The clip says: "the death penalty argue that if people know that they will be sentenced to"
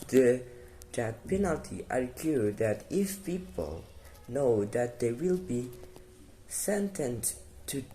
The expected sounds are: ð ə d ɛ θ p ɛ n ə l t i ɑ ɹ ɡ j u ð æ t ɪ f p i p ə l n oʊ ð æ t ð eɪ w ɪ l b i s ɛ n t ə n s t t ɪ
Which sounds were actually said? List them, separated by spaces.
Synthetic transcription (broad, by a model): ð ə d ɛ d p ɛ n ə l t i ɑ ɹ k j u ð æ t ɪ f p i p ə l n oʊ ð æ t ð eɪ w ɪ l b i s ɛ n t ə n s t t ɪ